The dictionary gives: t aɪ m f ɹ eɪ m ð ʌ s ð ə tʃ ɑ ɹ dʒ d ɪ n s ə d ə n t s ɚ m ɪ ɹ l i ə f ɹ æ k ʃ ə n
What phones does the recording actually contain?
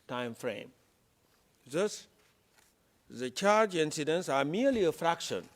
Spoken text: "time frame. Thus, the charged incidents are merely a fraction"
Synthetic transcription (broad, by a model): t aɪ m f ɹ eɪ m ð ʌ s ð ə tʃ ɑ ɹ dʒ ɪ n s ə d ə n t s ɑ m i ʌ l i ə f ɹ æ k ʃ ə n